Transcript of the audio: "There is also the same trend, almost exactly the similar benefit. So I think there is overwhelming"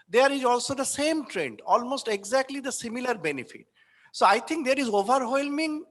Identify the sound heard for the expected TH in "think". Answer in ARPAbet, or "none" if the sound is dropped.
T